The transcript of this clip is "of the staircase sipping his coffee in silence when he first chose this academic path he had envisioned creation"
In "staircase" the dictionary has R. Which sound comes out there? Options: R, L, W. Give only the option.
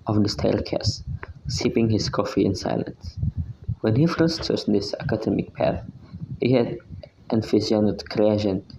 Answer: L